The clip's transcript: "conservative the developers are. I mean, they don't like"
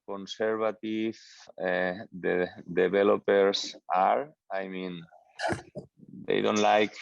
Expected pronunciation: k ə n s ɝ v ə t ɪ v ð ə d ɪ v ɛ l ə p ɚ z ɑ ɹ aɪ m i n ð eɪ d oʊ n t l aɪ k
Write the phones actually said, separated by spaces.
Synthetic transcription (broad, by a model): k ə n s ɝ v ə t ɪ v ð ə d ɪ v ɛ l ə p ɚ s ɑ ɹ aɪ m i n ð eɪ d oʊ n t l aɪ k